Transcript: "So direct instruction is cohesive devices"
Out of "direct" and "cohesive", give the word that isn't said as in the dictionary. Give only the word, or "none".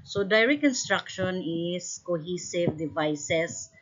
direct